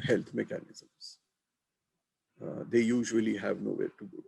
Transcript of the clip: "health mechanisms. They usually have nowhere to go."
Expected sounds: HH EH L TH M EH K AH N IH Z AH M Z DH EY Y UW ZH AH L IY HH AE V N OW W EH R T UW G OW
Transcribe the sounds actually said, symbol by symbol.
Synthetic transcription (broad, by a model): HH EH L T M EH K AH N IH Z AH M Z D EY Y UW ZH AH L IY HH AE V N OW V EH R T UW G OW